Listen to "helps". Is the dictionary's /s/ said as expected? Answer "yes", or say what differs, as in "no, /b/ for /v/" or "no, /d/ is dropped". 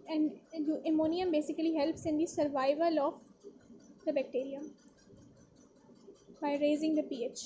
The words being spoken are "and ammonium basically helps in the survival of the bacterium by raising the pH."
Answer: yes